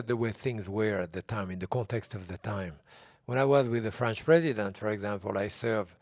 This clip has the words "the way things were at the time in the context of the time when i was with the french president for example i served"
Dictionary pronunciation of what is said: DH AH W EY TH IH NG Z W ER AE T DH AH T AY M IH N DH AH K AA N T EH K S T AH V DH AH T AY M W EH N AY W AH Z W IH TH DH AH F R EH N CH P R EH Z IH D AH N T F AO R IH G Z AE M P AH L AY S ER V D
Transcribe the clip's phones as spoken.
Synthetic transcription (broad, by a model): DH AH W EY TH IH NG Z W ER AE T DH AH T AY M IH N DH AH K AA N T EH K S T AH V DH AH T AY M W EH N AY W AH Z W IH DH AH F R EH N CH P R EH Z IH D AH N T F AO R IH G Z AE M P AH L AY S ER V